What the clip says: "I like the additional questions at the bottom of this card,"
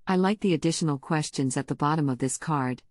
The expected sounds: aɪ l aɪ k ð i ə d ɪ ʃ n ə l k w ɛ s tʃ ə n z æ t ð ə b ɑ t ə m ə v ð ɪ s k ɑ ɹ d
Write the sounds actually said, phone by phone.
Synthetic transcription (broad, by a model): aɪ l aɪ k ð i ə d ɪ ʃ n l k w ɛ s tʃ ə n z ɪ t ð ə b ɑ t ə m ə v ð ɪ s k ɑ ɹ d